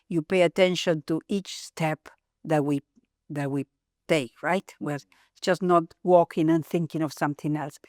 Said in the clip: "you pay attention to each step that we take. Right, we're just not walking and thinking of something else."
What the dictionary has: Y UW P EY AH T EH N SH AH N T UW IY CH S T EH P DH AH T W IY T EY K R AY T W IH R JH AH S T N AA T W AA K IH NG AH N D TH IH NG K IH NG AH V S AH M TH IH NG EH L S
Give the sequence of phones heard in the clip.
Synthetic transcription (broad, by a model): Y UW P EY AH T EH N SH AH N T UW IY CH S T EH P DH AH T W IY T EY K R AY T W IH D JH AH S N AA T W AA K IH NG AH N TH IH NG K IH NG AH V S AH M TH IH NG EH L S